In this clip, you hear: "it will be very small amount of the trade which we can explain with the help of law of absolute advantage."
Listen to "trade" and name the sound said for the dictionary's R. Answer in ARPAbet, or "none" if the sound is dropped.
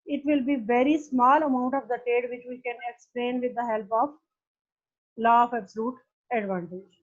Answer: none